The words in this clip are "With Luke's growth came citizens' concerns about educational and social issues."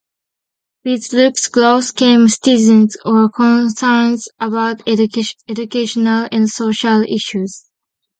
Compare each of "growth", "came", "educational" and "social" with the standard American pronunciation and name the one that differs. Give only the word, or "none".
growth